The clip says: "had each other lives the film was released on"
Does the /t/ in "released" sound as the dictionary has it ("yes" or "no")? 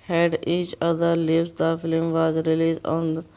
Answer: no